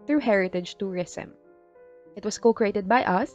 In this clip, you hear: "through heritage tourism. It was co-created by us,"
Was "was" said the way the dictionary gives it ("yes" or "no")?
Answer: no